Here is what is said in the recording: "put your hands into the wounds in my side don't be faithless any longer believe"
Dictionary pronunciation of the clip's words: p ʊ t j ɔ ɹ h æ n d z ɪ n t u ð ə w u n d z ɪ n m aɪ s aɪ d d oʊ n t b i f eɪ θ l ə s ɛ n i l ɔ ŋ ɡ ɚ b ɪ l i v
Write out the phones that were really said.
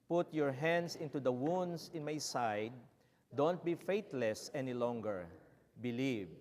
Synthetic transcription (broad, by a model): p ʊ t j ɔ ɹ h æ n d s ɪ n t u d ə w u n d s ɪ n m aɪ s aɪ d d oʊ n t b i f eɪ t l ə s ɛ n i l ɔ ŋ ɡ ɚ b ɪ l i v